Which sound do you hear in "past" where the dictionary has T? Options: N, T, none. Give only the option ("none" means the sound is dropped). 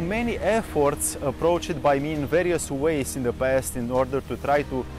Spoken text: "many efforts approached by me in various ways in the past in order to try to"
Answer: T